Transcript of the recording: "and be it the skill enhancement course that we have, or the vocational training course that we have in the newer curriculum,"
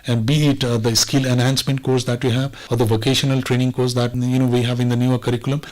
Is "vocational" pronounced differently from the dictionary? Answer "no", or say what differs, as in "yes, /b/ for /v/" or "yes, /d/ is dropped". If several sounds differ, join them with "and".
no